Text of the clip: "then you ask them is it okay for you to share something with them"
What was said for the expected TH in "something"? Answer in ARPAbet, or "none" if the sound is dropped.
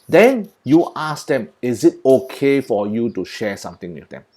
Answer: T